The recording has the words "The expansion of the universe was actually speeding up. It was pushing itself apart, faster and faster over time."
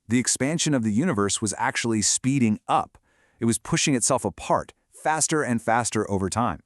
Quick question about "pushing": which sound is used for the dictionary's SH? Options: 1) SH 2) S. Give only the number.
1